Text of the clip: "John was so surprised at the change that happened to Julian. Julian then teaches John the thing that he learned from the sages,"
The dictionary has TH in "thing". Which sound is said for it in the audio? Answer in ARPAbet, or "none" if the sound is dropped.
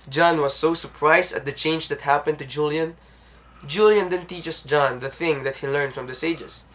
TH